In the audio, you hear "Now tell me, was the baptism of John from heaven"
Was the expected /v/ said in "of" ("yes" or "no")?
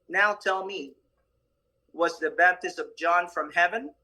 yes